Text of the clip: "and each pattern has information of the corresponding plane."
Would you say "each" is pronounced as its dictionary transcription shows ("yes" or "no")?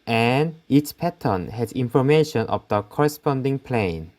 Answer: no